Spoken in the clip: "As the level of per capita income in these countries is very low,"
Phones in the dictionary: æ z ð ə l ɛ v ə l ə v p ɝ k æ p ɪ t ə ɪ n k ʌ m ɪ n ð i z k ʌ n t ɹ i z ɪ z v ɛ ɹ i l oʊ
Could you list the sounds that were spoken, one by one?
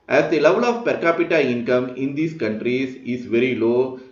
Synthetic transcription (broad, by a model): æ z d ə l ɛ v ə l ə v p ɝ k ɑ p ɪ t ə ɪ n k ʌ m ɪ n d i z k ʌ n t ɹ i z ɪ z v ɛ ɹ i l oʊ